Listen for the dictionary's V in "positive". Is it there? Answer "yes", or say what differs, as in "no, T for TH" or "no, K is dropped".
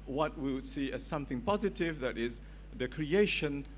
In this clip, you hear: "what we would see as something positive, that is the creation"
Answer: yes